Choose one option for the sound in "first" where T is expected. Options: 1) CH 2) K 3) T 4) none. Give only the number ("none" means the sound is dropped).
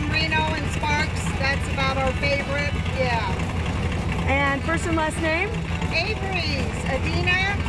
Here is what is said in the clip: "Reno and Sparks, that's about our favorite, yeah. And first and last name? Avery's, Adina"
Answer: 4